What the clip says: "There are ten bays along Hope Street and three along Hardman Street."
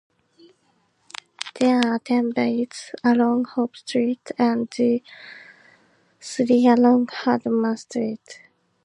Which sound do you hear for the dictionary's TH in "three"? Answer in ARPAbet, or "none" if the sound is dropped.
S